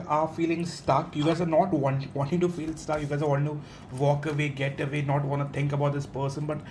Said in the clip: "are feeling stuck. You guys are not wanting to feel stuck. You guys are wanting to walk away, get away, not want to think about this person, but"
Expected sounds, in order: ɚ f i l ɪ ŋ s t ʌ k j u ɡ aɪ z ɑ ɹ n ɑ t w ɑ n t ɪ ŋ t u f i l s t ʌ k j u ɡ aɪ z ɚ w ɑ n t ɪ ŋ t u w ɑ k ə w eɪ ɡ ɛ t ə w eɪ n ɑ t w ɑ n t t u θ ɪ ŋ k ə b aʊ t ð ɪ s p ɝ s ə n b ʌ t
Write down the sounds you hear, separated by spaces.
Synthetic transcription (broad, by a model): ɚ f i l ɪ ŋ s t ʌ k j u ɡ aɪ z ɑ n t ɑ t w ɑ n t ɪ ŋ t u f i l s t ʌ k j u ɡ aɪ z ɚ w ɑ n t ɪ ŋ t u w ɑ k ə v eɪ ɡ ɛ t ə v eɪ n ɑ t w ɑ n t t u t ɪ ŋ k ə b aʊ t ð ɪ s p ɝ s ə n b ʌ t